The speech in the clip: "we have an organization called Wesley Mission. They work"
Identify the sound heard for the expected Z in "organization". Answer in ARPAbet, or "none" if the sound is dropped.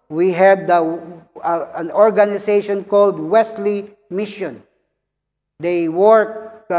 S